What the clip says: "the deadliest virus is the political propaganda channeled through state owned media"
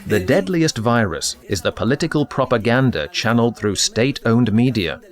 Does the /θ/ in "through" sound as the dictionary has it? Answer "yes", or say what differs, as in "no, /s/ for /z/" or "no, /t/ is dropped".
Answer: yes